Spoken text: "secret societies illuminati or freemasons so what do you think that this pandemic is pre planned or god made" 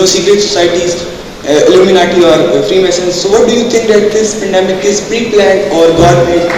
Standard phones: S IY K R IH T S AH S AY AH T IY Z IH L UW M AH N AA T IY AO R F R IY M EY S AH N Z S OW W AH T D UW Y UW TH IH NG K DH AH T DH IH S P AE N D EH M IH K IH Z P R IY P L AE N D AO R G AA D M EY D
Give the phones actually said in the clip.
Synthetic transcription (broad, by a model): S IY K R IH T S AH S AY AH T IY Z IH L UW M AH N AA T IY AO R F R IY M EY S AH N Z S OW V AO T D UW Y UW T IH NG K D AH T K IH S P AE N D EH M IH K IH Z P R IY P L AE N AO R G AA D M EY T